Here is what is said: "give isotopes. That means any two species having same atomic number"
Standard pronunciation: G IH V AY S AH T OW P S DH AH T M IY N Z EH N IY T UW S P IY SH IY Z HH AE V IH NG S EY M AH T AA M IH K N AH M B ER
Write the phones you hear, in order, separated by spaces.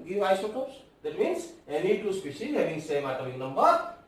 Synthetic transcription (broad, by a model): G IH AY S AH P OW S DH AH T M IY N S EH N IY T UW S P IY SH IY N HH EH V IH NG S EY M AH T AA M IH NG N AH M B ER